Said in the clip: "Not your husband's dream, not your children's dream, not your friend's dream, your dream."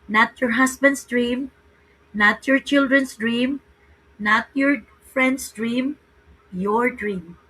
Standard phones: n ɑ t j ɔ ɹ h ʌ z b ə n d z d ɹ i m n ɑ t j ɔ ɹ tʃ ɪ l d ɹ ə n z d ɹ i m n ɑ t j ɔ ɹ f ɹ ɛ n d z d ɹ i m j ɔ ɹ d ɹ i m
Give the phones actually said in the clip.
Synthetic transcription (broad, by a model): n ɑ t j ɔ ɹ h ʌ s b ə n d s d ɹ i m n ɑ t j ɔ ɹ tʃ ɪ l d ɹ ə n s d ɹ i m n ɑ t j ɔ ɹ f ɹ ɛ n d s d ɹ i m j ɔ ɹ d ɹ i m